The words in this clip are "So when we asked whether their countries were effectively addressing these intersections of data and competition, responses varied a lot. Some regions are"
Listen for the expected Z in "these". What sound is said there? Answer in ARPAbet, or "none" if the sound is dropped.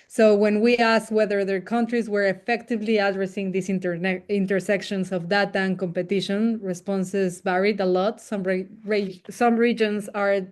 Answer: S